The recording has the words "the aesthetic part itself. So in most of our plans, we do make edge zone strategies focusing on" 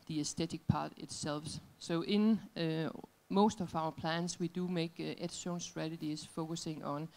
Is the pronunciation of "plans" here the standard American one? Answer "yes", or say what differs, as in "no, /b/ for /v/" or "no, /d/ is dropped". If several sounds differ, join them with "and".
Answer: no, /s/ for /z/